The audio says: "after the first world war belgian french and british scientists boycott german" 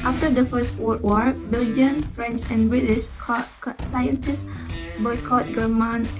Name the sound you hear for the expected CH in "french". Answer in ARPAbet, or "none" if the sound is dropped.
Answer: CH